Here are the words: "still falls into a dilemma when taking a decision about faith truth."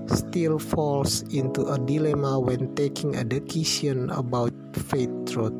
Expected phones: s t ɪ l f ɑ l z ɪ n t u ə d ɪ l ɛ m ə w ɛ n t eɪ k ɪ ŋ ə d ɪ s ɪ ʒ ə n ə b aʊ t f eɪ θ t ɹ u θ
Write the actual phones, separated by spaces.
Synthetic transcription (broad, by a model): s t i l f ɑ l s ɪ n t u ə d ɪ l ɛ m ə w ɛ n t eɪ k ɪ ŋ ə d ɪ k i s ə n ə b aʊ t f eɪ t ɹ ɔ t